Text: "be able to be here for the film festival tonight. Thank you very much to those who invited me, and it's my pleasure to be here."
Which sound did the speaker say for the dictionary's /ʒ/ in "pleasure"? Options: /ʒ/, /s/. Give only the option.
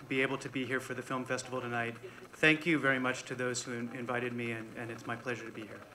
/ʒ/